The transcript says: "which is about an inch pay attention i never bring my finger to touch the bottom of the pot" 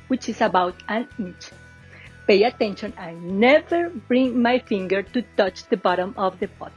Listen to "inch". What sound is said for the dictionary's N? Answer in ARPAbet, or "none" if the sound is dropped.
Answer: none